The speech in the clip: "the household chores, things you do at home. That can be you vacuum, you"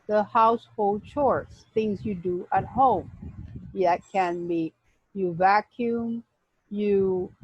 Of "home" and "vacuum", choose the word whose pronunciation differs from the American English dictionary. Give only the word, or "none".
none